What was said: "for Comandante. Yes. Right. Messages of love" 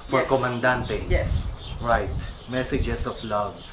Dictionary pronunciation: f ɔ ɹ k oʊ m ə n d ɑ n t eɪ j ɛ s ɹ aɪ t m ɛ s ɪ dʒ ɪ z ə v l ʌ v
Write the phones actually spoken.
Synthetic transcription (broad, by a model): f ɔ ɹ k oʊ m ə n d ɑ n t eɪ j ɛ s ɹ aɪ t m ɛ s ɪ dʒ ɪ s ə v l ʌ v